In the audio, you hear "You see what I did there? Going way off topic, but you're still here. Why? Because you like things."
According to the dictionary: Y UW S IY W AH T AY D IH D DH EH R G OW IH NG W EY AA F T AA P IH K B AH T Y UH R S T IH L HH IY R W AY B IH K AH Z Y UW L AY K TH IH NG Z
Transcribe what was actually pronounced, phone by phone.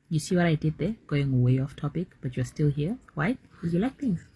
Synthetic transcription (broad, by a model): Y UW S IY W AH T AY D IH D DH EH R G OW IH NG W EY AA F T AA P IH K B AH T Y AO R S T IH L HH IY R W AY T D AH Y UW L AY K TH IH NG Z